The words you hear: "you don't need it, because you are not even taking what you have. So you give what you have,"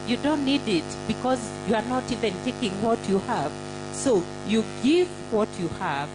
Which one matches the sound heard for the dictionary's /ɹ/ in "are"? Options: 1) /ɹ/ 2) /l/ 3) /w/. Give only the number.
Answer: 1